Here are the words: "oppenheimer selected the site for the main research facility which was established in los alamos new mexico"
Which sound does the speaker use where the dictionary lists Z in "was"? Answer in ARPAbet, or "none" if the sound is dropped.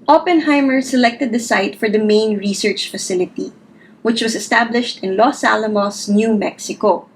S